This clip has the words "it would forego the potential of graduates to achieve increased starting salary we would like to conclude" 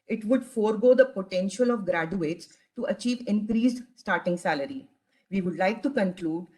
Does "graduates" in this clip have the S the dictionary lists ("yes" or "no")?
yes